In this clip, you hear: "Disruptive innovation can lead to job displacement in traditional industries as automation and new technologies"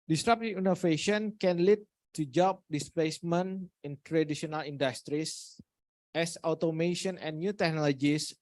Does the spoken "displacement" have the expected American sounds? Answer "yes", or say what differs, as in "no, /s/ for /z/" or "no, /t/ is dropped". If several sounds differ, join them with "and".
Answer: no, /t/ is dropped